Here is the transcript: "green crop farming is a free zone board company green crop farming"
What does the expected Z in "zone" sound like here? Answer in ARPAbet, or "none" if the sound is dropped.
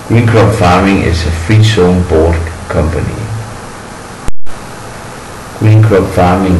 S